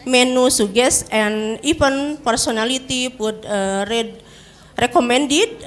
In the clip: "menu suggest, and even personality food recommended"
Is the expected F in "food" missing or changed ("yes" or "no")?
yes